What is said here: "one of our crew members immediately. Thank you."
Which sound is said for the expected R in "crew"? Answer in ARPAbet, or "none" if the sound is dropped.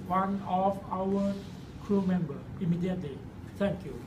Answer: R